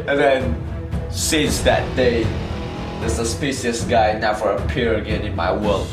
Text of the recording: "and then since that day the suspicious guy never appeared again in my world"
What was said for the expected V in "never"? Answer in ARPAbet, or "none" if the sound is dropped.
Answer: F